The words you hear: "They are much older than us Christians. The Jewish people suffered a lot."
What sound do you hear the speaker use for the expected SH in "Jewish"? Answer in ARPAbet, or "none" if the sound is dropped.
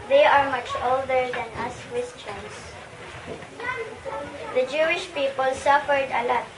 SH